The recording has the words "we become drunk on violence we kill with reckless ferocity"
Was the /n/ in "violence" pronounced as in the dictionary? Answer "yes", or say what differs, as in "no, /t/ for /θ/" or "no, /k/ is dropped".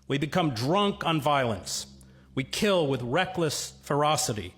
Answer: yes